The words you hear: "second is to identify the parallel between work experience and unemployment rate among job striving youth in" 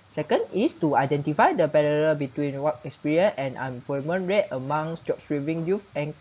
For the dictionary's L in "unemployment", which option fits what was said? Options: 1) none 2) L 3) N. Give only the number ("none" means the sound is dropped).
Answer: 1